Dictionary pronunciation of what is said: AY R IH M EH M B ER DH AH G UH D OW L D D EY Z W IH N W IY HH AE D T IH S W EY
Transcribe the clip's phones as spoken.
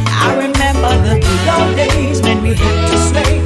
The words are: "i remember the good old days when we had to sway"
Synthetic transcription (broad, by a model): AY R IH M EH M B ER DH AH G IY OW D D EY Z W IH N W IY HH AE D T IH S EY